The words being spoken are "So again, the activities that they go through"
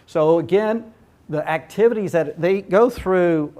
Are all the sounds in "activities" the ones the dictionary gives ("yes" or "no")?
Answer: yes